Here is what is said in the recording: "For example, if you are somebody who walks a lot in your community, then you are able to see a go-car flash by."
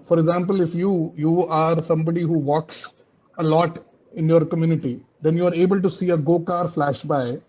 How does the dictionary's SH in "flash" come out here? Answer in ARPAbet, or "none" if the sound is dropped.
SH